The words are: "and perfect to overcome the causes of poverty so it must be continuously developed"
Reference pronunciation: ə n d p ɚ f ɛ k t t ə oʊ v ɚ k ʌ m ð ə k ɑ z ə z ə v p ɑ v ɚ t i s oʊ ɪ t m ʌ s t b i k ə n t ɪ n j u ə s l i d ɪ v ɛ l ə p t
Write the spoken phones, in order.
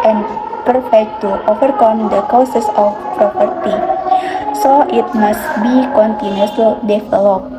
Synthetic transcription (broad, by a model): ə n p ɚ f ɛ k t t oʊ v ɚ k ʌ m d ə k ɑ s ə s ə f p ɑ p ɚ t i s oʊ ɪ t m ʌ s t b i k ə n t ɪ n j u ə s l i d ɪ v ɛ l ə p